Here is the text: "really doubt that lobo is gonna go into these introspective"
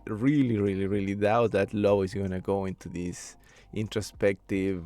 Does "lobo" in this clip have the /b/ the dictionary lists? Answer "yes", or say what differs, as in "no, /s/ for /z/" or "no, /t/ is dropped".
no, /b/ is dropped